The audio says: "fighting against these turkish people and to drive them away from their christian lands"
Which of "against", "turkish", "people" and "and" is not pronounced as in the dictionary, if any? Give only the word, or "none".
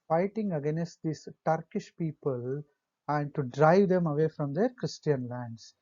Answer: none